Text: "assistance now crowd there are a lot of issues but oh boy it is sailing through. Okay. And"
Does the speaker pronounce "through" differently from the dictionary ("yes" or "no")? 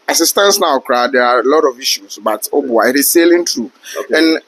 yes